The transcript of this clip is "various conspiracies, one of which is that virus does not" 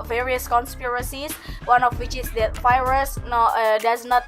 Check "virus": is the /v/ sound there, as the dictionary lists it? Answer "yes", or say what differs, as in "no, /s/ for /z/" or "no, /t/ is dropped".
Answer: no, /f/ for /v/